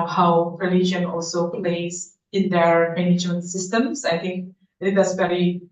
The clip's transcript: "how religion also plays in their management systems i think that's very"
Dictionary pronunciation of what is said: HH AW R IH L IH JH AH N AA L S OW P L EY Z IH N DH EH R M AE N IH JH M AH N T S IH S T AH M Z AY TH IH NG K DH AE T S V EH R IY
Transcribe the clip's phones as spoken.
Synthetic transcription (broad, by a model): HH AW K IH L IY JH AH N AA L S OW P L EY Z IH N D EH R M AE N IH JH M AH N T S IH S T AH M S AY T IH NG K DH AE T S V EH R IY